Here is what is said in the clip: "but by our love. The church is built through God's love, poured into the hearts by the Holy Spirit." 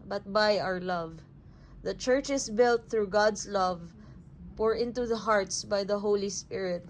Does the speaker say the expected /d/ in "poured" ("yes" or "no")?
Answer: no